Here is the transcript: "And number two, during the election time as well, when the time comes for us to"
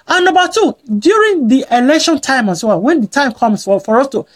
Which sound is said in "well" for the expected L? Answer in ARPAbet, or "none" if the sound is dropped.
W